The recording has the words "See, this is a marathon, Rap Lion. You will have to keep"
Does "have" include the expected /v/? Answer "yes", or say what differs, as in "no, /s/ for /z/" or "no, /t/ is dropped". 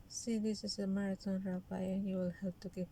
no, /p/ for /v/